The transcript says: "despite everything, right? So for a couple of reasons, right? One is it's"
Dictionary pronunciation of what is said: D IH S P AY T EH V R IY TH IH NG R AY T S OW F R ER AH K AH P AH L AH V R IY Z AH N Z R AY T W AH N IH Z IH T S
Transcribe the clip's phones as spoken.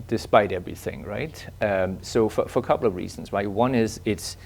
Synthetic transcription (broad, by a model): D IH S P AY T EH V R IY TH IH NG R AY T S OW F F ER AH K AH P L AH V R IY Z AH N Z R AY T W AH N IH Z IH T S